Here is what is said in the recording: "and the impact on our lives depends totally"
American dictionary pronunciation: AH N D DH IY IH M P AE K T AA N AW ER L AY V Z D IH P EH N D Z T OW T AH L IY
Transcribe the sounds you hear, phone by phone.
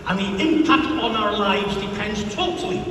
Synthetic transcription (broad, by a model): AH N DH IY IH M P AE K T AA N AW ER L AY V Z D IH P EH N D Z T OW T L IY